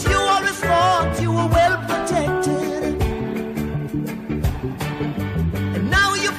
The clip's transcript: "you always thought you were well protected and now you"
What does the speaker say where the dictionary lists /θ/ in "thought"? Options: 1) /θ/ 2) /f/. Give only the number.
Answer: 2